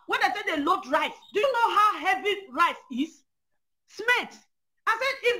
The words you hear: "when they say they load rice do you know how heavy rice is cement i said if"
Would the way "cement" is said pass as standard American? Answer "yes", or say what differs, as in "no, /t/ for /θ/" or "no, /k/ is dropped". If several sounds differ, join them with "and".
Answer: no, /l/ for /n/